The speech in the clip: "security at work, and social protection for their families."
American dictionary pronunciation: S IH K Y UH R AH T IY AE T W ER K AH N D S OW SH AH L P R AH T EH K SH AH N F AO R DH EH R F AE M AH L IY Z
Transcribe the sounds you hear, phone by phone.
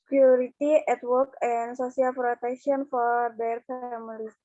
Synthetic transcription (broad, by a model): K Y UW R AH T IY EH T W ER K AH N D S OW S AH L P R AH T EH K SH AH N F AO R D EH R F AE M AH L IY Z